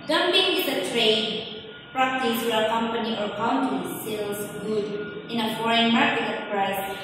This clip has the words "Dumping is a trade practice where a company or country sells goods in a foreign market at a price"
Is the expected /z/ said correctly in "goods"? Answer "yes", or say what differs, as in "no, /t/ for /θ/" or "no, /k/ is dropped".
no, /z/ is dropped